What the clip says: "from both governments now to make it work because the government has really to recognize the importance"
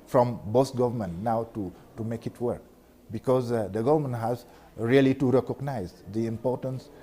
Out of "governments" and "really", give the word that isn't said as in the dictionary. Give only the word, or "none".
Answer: governments